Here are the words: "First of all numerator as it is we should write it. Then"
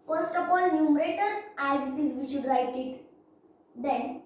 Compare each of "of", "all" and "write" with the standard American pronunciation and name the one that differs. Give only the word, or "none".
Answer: of